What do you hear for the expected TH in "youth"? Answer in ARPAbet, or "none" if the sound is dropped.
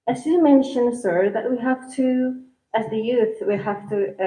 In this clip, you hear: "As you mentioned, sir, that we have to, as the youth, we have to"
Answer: TH